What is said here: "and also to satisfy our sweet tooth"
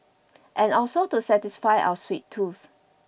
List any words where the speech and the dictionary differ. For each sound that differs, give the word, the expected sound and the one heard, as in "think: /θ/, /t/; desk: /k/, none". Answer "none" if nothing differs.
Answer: tooth: /θ/, /s/